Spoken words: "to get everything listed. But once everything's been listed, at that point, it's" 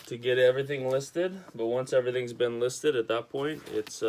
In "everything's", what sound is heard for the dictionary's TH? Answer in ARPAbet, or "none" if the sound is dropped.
TH